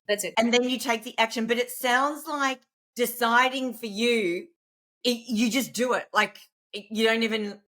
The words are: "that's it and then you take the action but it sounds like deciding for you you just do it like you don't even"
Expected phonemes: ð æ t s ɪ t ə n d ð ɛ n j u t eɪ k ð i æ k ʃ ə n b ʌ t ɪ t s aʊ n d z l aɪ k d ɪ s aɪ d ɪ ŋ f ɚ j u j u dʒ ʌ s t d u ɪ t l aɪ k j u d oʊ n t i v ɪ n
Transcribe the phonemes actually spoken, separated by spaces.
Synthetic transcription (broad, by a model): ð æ t s ɪ t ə n ð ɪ n j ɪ t eɪ k ð i æ k ʃ ə n b ʌ t ɪ t s aʊ n d z l aɪ k d ɪ s aɪ d ɪ ŋ f ɚ j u j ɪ dʒ ʌ s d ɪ ɪ t l aɪ k j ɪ d oʊ n t i v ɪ n